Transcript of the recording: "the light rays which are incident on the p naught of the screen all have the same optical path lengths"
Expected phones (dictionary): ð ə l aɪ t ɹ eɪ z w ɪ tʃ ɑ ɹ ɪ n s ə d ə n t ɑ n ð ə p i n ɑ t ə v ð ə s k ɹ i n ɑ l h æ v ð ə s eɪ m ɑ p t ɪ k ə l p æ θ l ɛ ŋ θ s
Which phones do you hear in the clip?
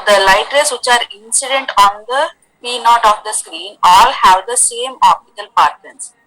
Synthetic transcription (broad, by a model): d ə l aɪ t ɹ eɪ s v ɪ tʃ ɑ ɹ ɪ n s ə d ə n t ɑ n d ə p i n ɑ t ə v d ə s k ɹ i n ɑ l h æ v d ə s eɪ m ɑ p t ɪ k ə l p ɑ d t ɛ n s